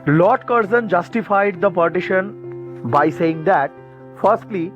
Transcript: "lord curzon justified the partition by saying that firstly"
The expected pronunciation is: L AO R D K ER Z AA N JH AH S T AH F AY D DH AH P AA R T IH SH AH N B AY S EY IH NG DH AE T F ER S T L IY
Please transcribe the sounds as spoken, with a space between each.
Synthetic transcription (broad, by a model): L AO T K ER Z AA N JH AH S T AH F AY D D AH P AA R T IH SH AH N B AY S EY IH NG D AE T F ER S T L IY